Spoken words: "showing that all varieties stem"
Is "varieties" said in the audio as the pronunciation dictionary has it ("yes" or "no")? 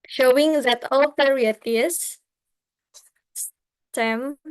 no